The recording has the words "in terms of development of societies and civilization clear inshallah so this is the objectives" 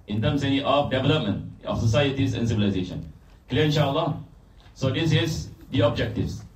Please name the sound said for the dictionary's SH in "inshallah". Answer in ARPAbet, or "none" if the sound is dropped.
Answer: SH